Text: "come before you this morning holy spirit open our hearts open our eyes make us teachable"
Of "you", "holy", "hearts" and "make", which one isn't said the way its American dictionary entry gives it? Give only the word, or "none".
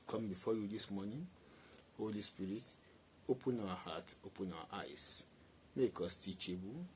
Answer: hearts